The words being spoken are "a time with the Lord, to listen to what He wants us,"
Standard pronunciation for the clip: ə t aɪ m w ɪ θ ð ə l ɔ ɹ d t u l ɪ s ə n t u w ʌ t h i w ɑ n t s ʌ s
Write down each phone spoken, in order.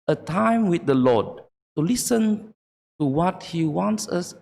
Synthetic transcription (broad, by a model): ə t aɪ m w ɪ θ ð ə l ɔ d t u l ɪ s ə n t u w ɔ t h i w ɑ n t s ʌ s